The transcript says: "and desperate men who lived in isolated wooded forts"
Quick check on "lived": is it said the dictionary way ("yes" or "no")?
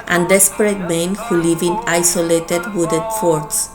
no